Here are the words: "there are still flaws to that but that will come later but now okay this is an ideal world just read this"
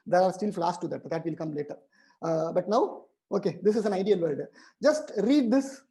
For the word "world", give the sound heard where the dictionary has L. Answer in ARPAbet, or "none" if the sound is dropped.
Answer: none